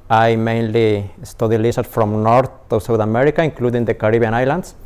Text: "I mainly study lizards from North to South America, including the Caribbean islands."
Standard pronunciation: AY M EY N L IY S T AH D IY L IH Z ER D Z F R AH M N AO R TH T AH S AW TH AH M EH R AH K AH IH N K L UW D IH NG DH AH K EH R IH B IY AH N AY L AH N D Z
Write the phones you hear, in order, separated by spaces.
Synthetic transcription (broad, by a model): AY M EY N L IY S T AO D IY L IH S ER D F R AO M N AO R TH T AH S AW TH AH M EH R AH K AH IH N K L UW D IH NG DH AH K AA R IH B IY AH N AY L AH N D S